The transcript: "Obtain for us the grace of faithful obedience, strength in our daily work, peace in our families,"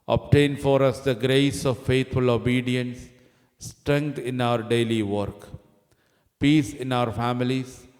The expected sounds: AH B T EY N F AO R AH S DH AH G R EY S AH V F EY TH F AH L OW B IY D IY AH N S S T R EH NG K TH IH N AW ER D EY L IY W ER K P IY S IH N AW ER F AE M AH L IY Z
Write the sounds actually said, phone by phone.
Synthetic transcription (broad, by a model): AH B T EY N F AO R AH S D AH G R EY S AH V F EY T F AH L OW B IY D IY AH N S S T R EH NG K T IH N AW ER D EY L IY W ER K P IY S IH N AW ER F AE M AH L IY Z